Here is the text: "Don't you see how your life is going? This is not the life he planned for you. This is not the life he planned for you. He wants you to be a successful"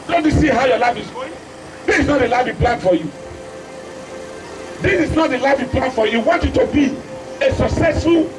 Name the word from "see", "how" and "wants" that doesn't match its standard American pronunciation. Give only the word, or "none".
wants